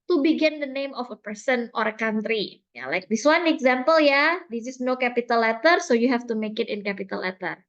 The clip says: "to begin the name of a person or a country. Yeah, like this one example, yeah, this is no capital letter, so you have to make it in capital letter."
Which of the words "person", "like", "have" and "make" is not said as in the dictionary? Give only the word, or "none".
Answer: have